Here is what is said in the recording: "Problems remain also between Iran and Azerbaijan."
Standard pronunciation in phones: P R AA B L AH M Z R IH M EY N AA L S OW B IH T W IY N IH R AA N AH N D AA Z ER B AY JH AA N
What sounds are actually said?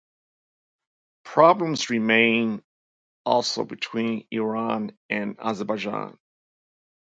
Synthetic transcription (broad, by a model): P R AA B L AH M Z R IH M EY N AA L S OW B IH T W IY N IH R AA N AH N AA Z ER B AY JH AA N